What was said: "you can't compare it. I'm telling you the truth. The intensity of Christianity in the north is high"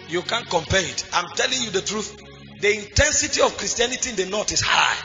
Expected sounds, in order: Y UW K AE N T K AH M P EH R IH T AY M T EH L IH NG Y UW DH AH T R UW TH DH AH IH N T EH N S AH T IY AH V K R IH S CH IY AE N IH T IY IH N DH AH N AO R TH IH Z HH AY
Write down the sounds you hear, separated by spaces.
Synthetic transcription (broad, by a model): Y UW K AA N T K AH M P EH R IH T AY M T EH L IH NG Y UW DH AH T R UW TH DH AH IH N T EH N S AH T IY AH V K R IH S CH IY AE N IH T IY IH N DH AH N AO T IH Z HH AY